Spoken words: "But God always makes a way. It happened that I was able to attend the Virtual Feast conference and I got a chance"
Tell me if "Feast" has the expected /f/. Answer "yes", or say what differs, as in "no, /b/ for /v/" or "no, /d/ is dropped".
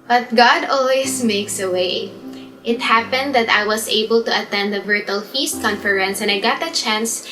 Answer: yes